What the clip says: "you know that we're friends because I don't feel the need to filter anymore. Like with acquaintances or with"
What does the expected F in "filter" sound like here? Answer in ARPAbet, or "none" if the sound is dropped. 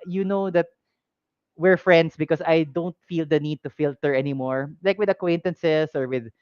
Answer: F